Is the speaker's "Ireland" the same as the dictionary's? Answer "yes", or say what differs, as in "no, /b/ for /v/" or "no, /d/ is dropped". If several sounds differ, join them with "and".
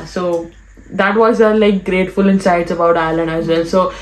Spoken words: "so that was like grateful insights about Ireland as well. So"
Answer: no, /d/ is dropped